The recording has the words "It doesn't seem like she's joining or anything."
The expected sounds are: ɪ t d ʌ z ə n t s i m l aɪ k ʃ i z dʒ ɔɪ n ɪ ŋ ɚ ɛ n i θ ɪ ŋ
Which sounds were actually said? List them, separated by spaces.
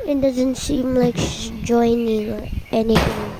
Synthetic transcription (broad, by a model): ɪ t d ʌ z ə n t s i m l aɪ k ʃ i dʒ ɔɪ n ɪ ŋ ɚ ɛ n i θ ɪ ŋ